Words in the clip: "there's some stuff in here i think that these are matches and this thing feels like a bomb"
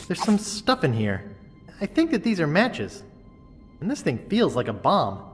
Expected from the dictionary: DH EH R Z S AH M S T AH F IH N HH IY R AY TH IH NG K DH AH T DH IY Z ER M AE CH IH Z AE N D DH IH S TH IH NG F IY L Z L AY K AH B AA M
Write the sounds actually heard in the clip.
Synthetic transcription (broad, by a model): DH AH R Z S AH M S T AH F IH N HH IY R AY TH IH NG K DH AH T DH IY Z ER M AE CH IH Z N DH IH S TH IH NG F IY L Z L AY K AH B AA M